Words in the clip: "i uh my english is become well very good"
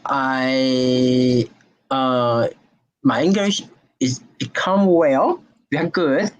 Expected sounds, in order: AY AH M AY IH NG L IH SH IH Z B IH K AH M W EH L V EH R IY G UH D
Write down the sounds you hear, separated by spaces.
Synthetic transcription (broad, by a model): AY AH M AY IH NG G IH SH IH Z B IH K AH M W EH L W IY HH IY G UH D